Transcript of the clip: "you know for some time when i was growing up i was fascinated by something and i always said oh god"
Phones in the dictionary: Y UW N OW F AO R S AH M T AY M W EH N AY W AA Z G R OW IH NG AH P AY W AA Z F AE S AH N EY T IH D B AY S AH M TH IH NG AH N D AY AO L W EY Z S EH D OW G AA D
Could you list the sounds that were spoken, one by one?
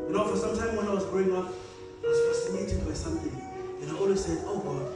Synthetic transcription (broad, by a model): Y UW N OW F AO R S AH M T AY M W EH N AY W AA Z G R OW IH NG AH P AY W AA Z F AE S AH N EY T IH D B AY S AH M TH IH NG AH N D AY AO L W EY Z S EH D OW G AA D